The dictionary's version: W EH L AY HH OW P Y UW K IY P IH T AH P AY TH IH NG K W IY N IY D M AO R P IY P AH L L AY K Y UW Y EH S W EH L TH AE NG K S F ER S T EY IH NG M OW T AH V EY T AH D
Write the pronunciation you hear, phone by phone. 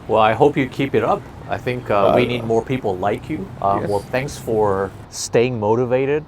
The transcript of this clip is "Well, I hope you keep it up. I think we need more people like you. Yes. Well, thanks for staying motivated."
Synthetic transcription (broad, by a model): W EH L AY HH OW P Y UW K IY P IH T AH P AY TH IH NG K W IY N IY D M AO R P IY P L L AY K Y UW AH W EH L TH AE NG K S F ER S T EY IH NG M OW T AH V EY T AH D